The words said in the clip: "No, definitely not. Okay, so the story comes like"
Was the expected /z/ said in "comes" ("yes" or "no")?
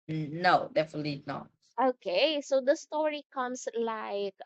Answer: no